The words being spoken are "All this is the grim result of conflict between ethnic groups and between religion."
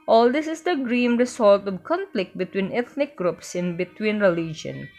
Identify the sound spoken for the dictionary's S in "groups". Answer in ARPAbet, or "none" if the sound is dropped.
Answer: S